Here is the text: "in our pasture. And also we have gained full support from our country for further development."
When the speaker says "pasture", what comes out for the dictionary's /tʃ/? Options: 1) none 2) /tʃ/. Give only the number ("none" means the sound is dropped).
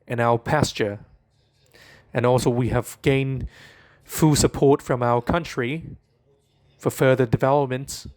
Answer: 2